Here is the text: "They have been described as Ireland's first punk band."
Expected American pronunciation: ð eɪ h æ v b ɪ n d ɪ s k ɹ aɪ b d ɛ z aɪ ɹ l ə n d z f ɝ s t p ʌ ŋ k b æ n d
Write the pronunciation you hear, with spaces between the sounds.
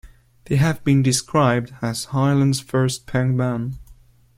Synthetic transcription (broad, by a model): ð eɪ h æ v b ɪ n d ɪ s k ɹ aɪ b d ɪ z aɪ l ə n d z f ɝ s t p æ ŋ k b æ n